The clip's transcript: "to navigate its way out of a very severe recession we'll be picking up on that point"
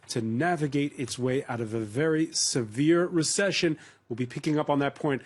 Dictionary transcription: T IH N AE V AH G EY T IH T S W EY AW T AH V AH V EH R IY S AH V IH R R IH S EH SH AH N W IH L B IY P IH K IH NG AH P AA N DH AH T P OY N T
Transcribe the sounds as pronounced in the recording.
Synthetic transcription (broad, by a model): T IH N AE V AH G EY T IH T S W EY AW T AH V AH V EH R IY S AH V IH R R IH S EH SH AH N W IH L B IY P IH K IH NG AH P N DH AH T P OY N T